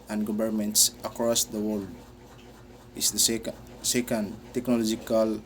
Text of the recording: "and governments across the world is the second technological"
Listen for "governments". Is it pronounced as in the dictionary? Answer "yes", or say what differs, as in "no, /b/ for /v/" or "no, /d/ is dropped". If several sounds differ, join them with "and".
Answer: no, /b/ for /v/